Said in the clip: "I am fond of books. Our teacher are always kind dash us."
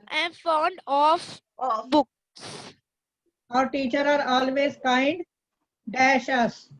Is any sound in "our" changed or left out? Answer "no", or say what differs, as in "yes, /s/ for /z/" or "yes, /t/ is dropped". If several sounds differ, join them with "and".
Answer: no